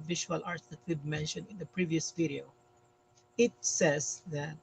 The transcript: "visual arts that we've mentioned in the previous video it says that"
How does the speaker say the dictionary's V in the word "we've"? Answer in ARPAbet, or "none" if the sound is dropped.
B